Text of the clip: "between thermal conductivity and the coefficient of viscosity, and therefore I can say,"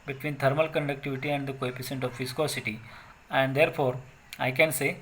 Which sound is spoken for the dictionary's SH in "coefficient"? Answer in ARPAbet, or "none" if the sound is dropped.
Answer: S